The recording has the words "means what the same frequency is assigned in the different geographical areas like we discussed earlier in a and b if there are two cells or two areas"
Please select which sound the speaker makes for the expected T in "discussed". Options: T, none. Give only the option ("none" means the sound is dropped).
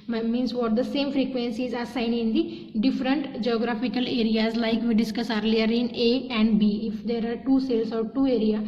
none